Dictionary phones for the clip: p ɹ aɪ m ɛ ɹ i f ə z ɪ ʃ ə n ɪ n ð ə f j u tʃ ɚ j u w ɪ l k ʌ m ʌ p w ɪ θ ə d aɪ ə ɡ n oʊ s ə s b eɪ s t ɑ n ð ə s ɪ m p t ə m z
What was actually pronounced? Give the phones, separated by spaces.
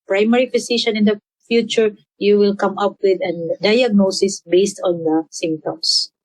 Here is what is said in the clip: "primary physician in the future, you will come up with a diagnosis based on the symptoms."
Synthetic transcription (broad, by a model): p ɹ aɪ m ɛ ɹ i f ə s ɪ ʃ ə n ɪ n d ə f j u tʃ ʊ j u w ɪ l k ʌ m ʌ p w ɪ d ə d aɪ ə ɡ n oʊ s ə s b eɪ s t ɑ n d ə s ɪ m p t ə m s